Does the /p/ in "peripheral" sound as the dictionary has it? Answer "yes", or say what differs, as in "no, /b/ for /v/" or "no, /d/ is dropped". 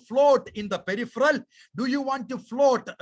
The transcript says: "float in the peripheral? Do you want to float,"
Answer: yes